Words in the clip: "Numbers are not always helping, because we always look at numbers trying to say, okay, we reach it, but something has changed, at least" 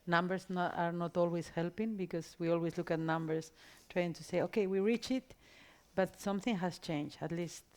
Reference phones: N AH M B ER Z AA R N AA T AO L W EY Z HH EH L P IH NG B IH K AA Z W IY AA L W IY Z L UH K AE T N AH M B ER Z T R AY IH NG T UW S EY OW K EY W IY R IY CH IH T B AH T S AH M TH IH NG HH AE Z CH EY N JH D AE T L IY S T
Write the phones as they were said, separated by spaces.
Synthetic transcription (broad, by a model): N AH M B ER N AA R N AA T AO L W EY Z HH EH L P IH NG B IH K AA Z W IY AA L W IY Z L UH K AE T N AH M B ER S T R AY IH NG T UW S EY OW K EY W IY R IY CH IH T B AH T S AH M TH IH NG HH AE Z CH EY N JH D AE T L IY S T